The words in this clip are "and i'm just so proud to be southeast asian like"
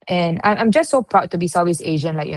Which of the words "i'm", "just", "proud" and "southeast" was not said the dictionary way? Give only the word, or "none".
southeast